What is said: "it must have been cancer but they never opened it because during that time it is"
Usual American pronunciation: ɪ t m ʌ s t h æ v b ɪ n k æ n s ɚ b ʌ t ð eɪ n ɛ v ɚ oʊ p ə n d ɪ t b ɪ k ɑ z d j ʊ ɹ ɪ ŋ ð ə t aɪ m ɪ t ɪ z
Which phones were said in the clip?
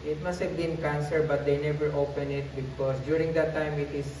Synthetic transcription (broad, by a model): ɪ t m ʌ s t h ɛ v b ɪ n k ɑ n s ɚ b ʌ t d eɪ n ɛ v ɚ oʊ p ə n ɪ t b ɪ k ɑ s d j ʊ ɹ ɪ ŋ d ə t aɪ m ɪ t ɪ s